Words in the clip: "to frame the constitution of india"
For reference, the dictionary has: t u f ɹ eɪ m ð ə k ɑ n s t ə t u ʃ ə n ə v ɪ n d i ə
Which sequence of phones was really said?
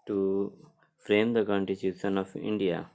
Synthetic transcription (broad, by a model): t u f ɹ eɪ m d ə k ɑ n t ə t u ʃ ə n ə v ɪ n d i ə